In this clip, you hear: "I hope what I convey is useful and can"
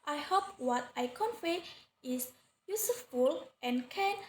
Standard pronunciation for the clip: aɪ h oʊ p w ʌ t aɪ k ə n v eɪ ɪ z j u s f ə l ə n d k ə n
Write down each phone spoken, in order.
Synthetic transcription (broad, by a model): aɪ h oʊ p w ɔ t aɪ k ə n f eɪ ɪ s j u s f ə l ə n k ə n